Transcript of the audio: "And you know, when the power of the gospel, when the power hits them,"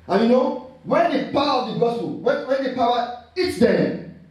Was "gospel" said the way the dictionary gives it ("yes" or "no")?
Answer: no